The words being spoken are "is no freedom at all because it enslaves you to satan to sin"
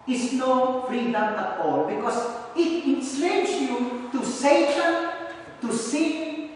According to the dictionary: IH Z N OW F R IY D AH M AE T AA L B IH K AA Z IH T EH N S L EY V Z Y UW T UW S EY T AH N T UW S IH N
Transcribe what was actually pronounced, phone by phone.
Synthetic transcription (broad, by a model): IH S N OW F R IY D AH M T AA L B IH K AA S IH T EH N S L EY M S Y UW T UW S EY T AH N T UW S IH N